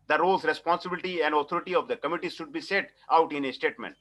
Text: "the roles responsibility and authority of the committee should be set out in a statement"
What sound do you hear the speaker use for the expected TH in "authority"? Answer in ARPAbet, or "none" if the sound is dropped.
T